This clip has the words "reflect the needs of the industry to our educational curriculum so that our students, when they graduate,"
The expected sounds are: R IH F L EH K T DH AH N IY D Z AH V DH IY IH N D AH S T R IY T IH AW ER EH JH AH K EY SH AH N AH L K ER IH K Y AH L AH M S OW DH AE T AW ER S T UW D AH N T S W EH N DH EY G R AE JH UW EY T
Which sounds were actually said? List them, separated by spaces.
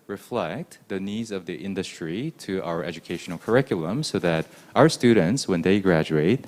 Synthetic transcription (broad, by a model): R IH F L EH K T DH AH N IY D Z AH V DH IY IH N D AH S T R IY T IH AW ER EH JH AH K EY SH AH N L K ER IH K Y L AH M S OW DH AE T AW ER S T UW D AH N T S W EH N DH EY G R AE JH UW EY T